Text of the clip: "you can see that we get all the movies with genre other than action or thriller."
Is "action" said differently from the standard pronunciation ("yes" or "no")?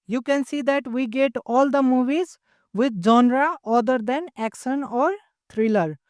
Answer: yes